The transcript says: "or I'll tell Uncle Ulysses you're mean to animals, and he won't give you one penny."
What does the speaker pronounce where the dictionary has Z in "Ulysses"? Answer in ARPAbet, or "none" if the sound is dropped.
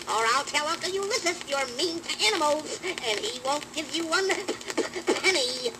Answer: S